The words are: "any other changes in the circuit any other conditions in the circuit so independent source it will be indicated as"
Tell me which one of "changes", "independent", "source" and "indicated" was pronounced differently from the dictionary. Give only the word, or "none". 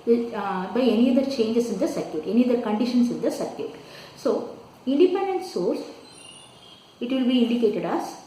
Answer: changes